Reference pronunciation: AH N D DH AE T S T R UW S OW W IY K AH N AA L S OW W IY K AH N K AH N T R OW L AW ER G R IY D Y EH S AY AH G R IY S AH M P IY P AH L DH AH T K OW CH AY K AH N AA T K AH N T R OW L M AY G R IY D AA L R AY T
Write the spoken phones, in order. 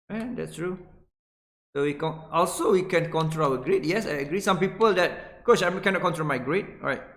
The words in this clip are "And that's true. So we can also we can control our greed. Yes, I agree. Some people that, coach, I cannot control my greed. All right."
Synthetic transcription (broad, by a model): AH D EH T S T R UW S OW W IY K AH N AA L S OW W IY K AH N K AH N T R OW L AW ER G R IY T Y EH S AY AH G R IY S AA M P IY P AH L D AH T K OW S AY K AH N AA T K AH N T R OW L M AY G R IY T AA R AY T